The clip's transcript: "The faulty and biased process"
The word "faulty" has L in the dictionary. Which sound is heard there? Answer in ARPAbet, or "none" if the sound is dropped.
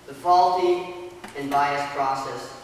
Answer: L